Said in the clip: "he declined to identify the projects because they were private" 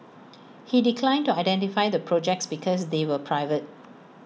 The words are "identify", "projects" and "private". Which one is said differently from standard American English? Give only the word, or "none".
none